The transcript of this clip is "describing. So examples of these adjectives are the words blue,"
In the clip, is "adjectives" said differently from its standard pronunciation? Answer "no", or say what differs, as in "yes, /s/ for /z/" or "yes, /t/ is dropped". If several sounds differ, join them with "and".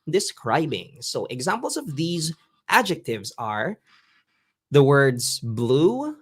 no